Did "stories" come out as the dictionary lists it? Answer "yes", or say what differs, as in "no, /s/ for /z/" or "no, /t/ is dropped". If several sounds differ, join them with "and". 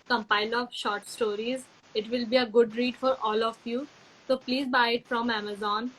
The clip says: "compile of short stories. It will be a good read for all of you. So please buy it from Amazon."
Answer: yes